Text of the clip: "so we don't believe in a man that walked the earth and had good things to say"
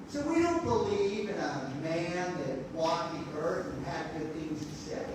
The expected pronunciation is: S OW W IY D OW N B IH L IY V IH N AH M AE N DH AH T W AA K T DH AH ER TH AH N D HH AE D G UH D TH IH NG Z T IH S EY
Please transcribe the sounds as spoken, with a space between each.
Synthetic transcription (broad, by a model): S OW W IY D OW N B IH L IY V IH N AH M AE N DH AH T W AA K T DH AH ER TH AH N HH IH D G UH D TH IH NG Z T IH S EY